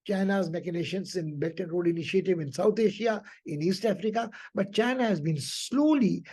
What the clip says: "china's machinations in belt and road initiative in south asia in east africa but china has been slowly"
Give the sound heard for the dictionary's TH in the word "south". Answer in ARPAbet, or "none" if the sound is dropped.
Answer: T